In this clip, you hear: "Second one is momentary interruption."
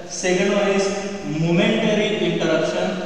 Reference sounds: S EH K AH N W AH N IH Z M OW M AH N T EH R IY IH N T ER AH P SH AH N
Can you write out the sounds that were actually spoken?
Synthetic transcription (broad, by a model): S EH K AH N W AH IH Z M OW M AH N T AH R IY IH N T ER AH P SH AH N